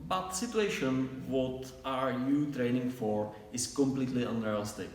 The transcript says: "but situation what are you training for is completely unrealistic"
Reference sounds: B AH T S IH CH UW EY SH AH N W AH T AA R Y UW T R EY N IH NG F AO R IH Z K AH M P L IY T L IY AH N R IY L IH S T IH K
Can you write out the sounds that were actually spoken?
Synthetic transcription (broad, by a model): B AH T S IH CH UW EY SH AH N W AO T AA R Y UW T R EY N IH NG F AO R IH S K AH M P L IY T L IY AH N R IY L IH S T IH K